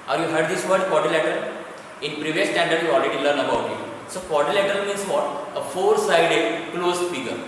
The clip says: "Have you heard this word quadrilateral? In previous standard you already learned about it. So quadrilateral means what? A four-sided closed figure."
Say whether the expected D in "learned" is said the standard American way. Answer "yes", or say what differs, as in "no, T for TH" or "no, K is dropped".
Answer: no, D is dropped